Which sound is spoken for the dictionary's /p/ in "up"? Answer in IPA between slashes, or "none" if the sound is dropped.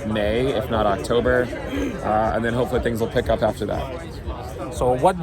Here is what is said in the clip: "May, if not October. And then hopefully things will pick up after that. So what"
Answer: /p/